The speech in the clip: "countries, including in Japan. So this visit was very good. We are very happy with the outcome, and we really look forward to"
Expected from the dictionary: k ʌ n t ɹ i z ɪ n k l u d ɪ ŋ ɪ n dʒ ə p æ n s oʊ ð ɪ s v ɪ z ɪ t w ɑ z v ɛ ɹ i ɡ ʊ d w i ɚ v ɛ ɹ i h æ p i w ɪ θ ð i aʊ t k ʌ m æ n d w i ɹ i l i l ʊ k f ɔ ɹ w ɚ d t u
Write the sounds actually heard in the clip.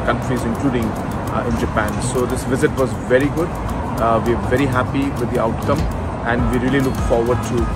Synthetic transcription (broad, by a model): k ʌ n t ɹ i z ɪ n k l u d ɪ ŋ ɪ n dʒ ə p æ n s oʊ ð ɪ s v ɪ z ɪ t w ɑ z v ɛ ɹ i ɡ ʊ d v i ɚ v ɛ ɹ i h æ p i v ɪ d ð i aʊ t k ʌ m æ n d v i ɹ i l i l ʊ k f ɔ ɹ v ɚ d t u